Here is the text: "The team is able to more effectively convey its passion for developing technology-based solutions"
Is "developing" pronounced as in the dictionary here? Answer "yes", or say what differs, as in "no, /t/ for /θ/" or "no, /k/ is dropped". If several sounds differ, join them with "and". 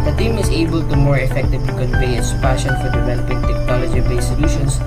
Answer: no, /p/ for /v/